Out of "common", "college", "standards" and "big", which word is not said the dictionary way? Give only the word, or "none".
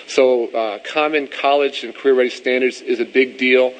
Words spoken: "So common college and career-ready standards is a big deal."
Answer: none